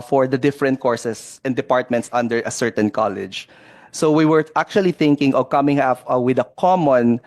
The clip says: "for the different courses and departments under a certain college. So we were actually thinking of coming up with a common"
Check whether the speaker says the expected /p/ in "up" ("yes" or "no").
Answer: no